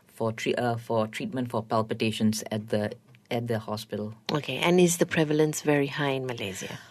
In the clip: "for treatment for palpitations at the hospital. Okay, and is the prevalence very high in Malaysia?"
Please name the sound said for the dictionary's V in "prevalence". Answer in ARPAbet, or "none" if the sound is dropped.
V